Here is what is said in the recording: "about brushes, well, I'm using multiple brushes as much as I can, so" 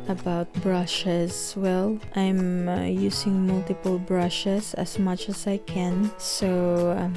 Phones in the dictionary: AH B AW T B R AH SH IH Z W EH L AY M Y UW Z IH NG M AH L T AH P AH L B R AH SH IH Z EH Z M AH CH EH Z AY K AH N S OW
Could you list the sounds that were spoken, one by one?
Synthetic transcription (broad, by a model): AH B AW T B R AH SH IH S W EH L AY M Y UW S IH NG M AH L T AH P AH L B R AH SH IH S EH S M AH CH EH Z AY K AH N S OW